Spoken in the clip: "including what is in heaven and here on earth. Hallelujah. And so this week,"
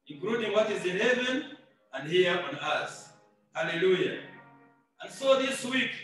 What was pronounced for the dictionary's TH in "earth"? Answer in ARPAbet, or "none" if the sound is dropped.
S